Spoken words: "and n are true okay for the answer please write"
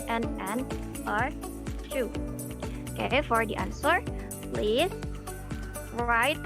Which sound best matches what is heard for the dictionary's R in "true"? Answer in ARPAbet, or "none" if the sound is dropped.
none